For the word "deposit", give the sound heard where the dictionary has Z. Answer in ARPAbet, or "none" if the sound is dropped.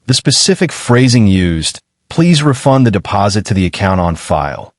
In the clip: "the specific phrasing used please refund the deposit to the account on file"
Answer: Z